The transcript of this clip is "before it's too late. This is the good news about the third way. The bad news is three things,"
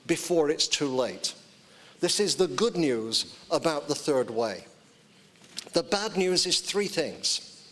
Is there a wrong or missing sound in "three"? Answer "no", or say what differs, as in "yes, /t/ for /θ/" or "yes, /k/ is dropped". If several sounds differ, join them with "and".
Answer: no